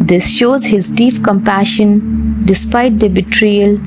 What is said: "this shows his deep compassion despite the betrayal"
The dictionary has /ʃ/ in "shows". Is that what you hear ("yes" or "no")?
yes